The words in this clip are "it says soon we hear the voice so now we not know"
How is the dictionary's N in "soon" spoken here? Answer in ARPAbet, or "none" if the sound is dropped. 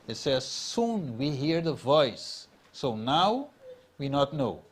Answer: N